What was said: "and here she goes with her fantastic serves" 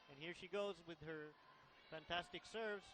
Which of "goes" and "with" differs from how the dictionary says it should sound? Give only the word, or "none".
none